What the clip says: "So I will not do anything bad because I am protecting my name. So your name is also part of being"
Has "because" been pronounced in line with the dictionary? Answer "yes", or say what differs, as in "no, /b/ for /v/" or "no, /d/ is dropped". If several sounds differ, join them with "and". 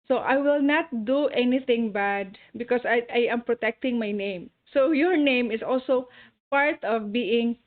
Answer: no, /s/ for /z/